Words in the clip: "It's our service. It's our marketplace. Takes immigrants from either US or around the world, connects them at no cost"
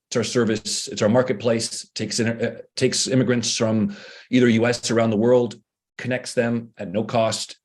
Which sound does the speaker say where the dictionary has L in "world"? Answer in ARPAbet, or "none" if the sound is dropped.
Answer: L